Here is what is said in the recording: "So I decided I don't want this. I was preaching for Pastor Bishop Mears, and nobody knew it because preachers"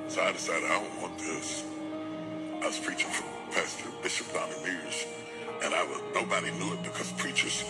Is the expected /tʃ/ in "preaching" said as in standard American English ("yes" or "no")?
yes